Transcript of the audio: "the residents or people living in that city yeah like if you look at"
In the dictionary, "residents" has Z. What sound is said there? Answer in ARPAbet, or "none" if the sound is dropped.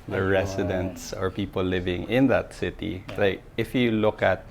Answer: S